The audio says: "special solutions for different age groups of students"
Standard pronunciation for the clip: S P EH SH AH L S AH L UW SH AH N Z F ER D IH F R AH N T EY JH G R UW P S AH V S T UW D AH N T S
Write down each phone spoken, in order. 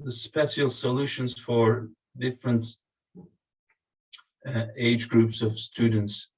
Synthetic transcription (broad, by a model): S P EH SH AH L S AH L UW SH AH N Z F ER D IH F R AH N T EY JH G R UW P S AH V S T UW D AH N T S